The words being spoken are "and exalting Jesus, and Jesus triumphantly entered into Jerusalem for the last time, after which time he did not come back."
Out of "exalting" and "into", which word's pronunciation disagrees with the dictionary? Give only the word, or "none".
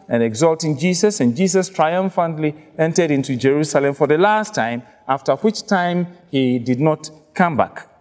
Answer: none